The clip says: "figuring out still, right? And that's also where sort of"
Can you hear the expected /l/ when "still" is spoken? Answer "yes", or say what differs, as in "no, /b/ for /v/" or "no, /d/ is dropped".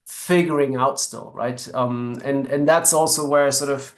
yes